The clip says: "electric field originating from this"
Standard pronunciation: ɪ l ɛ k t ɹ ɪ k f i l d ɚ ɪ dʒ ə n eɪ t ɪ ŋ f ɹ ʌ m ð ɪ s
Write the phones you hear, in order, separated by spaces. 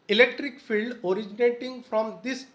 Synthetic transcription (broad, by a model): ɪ l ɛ k t ɹ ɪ k f i l d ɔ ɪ dʒ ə n eɪ t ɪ ŋ f ɹ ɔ m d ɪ s